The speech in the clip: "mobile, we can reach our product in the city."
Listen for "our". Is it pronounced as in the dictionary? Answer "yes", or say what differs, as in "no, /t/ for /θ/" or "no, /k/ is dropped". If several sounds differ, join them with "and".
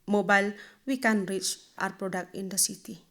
yes